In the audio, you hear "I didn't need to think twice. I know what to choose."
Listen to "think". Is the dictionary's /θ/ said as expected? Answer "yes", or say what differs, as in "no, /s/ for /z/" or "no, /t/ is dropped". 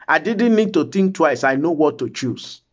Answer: no, /t/ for /θ/